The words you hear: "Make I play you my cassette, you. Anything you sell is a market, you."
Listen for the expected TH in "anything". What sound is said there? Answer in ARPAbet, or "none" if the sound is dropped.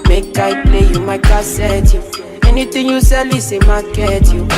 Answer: T